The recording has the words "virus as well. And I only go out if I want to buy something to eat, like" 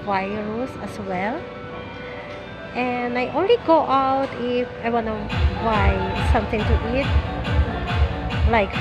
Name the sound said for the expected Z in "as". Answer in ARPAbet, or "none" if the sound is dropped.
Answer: S